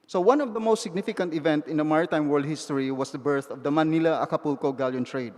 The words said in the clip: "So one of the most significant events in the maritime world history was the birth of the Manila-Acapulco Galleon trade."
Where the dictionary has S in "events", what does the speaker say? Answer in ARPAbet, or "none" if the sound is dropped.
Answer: none